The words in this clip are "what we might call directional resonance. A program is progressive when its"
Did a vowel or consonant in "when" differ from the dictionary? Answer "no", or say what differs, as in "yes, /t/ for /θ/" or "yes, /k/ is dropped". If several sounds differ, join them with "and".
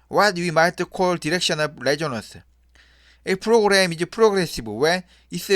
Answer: yes, /n/ is dropped